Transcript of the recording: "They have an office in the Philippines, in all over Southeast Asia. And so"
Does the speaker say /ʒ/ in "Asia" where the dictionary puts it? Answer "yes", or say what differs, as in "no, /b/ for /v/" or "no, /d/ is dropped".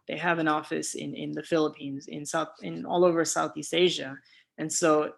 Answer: yes